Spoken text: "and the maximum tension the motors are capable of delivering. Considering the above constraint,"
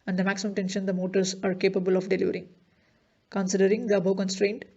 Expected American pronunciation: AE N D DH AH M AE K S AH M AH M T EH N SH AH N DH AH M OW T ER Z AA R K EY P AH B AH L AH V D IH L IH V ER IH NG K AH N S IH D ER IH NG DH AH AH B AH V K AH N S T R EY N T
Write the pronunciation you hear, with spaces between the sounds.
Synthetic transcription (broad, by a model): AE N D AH M AE K S AH M AH M T EH N SH AH N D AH M OW T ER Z AA R K EY P AH B AH L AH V D IH L IH V ER IH NG K AH N S IH D ER IH NG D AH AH B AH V K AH N S T R EY N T